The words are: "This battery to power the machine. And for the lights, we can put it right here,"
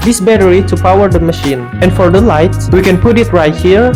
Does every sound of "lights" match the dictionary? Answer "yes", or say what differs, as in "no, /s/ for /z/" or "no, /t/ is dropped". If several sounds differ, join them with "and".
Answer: no, /s/ is dropped